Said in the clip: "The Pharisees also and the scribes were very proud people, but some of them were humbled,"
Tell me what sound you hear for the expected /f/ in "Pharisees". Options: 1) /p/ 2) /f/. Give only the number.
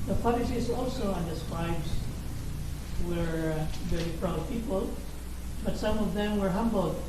1